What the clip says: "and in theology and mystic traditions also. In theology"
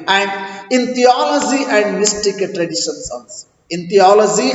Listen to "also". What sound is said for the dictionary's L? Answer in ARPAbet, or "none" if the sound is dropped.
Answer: N